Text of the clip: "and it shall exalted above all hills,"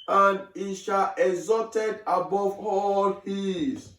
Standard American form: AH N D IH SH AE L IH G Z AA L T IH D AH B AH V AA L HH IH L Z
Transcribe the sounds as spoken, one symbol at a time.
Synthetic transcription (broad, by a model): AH N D IH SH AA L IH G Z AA T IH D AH B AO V AA L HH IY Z